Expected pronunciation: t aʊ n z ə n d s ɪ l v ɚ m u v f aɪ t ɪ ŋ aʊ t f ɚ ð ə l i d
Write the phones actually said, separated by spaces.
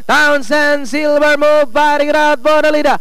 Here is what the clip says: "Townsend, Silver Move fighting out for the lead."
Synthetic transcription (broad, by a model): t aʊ n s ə n s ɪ l b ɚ m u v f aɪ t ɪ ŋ aʊ t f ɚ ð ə l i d